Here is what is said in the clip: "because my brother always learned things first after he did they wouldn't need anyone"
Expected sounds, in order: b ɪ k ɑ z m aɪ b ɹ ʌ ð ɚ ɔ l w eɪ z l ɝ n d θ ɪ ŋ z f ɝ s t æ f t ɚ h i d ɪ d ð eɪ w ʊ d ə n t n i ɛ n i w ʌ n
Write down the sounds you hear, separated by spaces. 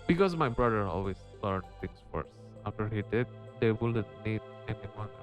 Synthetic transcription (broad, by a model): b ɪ k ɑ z m aɪ b ɹ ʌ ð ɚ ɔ l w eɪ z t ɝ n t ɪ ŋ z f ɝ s æ f t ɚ h i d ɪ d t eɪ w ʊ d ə t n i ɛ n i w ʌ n